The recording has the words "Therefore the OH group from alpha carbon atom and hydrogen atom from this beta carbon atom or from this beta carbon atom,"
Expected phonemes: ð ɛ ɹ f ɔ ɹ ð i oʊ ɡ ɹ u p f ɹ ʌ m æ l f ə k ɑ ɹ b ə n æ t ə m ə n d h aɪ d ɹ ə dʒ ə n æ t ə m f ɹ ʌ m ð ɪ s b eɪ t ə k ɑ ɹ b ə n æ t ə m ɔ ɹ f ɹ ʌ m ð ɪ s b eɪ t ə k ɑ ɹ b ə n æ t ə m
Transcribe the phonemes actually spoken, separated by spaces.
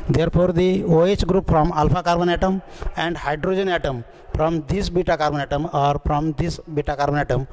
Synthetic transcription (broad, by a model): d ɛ ɹ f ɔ ɹ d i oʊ ɡ ɹ u p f ɹ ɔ m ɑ l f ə k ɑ ɹ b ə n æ t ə m ə n d h aɪ d ɹ ə dʒ ə n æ t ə m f ɹ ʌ m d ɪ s b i t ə k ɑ ɹ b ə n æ t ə m ɔ ɹ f ɹ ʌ m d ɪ s b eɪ t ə k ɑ ɹ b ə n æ t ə m